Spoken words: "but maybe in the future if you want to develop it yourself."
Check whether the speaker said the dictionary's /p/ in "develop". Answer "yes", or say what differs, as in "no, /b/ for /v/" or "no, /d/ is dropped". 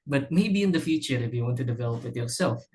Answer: yes